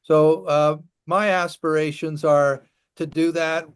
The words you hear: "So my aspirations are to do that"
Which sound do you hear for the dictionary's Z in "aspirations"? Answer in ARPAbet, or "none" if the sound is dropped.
Z